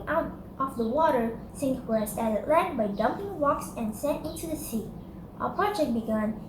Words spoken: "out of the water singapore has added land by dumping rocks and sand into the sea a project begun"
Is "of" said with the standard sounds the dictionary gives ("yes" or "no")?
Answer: no